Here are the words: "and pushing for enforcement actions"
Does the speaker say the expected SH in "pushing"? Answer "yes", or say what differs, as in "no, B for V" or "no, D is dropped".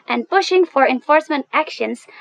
yes